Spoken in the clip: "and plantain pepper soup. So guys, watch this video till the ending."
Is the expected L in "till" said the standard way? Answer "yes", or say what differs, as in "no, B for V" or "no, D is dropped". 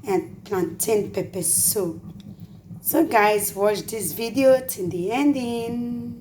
no, N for L